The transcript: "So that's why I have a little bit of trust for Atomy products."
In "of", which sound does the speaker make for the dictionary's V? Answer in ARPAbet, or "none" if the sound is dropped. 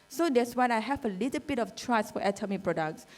F